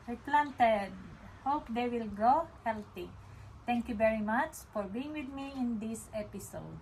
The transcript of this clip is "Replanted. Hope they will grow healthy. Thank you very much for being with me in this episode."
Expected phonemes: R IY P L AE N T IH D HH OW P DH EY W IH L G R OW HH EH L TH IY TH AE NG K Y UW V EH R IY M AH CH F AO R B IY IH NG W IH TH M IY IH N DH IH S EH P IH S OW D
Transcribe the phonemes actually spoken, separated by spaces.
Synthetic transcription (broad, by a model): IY P L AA N T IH D HH OW P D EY W IH L G R OW HH EH L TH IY T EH NG K Y UW V EH R IY M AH CH F AO R B IY IH NG W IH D M IY IH N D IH S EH P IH S OW D